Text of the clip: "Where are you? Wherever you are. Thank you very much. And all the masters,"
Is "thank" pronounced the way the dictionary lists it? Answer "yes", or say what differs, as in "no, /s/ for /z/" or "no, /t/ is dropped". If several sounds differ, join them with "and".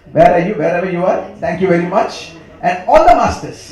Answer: no, /t/ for /θ/